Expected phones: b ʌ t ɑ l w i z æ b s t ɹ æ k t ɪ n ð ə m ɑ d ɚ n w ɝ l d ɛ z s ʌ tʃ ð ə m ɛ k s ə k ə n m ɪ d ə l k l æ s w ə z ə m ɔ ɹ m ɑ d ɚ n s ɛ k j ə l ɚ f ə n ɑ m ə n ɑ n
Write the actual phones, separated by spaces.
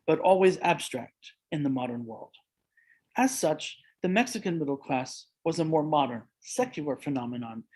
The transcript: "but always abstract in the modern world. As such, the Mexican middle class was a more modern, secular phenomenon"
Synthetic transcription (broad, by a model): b ʌ t ɑ l w i z æ b s t ɹ æ k t ɪ n ð ə m ɑ d ɚ n w ɝ l d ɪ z s ʌ tʃ ð ə m ɛ k s ə k ə n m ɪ d l k l æ s w ə z ə m ɔ ɹ m ɑ d ɚ n s ɛ k j ə l ɚ f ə n ɑ m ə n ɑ n